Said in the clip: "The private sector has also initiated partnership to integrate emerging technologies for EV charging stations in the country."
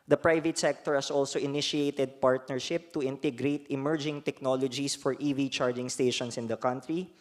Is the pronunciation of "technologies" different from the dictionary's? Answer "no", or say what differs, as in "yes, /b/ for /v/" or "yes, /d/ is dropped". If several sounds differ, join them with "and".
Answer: yes, /s/ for /z/